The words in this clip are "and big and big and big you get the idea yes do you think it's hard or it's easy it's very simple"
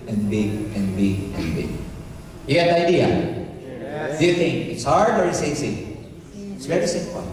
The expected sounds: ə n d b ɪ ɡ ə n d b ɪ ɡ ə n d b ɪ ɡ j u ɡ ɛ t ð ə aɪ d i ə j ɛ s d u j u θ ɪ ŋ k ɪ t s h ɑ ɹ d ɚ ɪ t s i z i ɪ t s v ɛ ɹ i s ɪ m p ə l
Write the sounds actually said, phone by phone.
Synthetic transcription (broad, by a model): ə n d b ɪ ɡ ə n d b ɪ ɡ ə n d b ɪ ɡ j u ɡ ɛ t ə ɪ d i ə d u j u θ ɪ ŋ k ɪ t s h ɑ ɹ d ɚ ɪ t s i s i ɪ t s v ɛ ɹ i s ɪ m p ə